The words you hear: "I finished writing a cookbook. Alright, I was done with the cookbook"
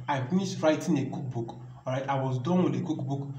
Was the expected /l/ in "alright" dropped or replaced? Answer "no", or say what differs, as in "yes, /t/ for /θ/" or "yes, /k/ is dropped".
yes, /l/ is dropped